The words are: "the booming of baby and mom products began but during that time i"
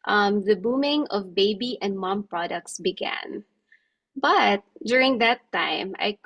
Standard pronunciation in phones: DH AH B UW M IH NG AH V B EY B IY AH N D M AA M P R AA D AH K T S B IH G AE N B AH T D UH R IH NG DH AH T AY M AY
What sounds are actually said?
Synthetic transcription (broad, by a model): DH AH B UW M IH NG AH V B EY B IY AH N D M AA M P R AA D AH K T S B IH G AE N B AH T D UH R IH NG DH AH T AY M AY